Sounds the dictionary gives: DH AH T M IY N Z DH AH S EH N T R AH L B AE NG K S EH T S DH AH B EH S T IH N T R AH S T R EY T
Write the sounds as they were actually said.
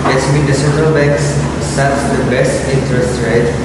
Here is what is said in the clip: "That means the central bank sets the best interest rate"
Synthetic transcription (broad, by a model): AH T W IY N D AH S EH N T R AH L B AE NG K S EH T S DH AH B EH S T IH N T R AH S T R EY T